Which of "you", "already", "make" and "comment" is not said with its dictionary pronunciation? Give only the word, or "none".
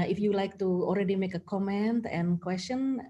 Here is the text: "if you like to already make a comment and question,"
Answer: none